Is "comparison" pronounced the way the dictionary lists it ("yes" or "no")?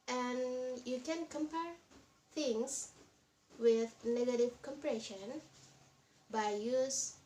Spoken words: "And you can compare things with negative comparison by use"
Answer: no